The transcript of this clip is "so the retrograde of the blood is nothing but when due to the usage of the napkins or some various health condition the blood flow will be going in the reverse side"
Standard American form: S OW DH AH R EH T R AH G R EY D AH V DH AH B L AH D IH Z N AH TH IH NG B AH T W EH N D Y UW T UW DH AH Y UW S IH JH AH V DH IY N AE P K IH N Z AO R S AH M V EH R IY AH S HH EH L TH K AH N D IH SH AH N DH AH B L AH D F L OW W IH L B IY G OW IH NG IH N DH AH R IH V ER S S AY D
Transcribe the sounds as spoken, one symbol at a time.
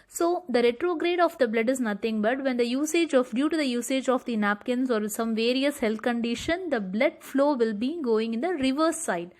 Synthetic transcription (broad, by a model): S OW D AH R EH T R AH G R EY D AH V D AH B L AH D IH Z N AH T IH NG B AH T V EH N D Y UW T UW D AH Y UW S IH JH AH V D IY N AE P K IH N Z AO R S AH M V EH R IY AH S HH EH L T K AH N D IH SH AH N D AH B L AH D F L OW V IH L B IY G OW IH NG IH N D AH R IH V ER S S AY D